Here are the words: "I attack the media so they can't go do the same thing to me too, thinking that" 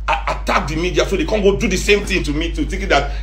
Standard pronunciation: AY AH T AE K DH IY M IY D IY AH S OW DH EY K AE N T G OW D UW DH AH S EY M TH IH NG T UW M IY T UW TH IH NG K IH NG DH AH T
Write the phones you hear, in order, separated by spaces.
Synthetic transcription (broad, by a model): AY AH T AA K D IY M IY D IY AH S OW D EY K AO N G OW D UW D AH S EY M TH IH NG T UW M IY T UW T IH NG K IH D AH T